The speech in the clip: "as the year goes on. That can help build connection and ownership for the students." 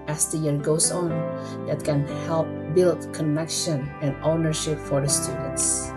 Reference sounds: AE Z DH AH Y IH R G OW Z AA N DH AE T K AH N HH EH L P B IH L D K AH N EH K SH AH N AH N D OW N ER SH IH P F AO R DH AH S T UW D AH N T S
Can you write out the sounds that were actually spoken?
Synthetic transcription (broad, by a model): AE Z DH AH Y IH R G OW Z AA N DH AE T K AH N HH EH L P B IH L D K AH N EH K SH AH N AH N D OW N ER SH IH P F AO R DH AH S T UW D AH N T S